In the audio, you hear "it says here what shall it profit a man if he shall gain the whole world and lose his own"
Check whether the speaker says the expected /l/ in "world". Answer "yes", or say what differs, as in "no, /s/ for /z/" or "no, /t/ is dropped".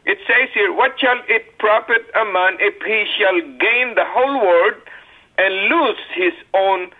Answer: no, /l/ is dropped